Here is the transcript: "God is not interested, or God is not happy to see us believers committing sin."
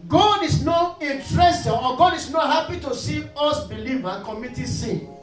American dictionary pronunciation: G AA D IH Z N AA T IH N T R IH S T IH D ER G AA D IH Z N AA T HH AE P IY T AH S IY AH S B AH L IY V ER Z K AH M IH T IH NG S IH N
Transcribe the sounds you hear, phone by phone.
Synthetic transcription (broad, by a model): G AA D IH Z N AA T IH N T R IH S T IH AO G AA D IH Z N AA T HH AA P IY T AH S IY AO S B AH L IY V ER K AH M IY T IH S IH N